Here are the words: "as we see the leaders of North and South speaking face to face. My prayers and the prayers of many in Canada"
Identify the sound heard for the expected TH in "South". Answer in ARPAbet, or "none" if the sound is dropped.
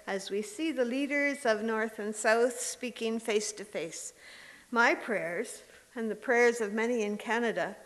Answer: TH